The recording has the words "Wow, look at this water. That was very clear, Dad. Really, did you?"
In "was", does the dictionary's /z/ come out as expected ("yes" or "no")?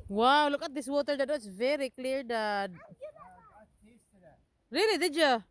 no